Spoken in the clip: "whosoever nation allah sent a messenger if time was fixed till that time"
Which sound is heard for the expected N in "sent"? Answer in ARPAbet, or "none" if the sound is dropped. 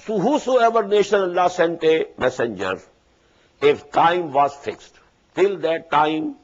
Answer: N